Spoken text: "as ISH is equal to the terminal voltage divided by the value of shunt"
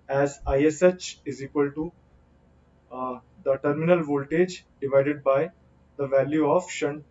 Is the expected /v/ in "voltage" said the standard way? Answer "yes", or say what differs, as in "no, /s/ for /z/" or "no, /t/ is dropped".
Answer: yes